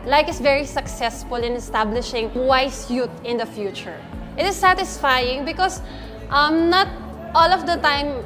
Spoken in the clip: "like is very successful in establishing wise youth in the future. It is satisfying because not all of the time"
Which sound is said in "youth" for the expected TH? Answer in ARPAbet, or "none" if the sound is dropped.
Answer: T